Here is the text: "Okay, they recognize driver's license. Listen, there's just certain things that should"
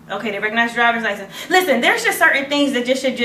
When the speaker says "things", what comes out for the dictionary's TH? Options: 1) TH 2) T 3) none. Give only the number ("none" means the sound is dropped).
1